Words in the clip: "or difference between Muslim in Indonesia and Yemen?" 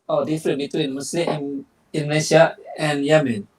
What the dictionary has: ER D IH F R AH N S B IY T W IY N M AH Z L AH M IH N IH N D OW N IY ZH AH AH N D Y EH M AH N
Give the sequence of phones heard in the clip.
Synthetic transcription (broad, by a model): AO D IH F R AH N B IY T W IY N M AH S L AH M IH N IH N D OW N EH SH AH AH N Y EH M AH N